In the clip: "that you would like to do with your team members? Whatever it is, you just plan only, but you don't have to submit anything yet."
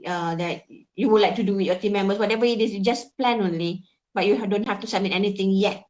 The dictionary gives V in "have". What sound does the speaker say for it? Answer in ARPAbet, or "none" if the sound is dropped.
F